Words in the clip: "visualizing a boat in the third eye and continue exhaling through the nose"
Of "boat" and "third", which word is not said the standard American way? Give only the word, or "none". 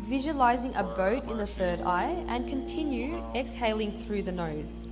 none